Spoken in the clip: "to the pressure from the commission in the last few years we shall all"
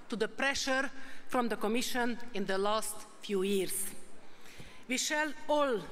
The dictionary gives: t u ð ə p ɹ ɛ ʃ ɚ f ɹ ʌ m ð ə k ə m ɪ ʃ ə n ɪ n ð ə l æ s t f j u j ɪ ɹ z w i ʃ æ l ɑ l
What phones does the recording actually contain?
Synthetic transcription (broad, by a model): t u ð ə p ɹ ɛ ʃ ɚ f ɹ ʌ m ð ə k ə m ɪ ʃ ə n ɪ n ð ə l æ s t f j u j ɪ ɹ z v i ʃ æ l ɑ l